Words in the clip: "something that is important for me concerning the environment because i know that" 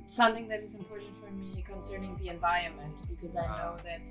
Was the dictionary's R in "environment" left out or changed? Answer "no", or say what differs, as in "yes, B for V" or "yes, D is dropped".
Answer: yes, R is dropped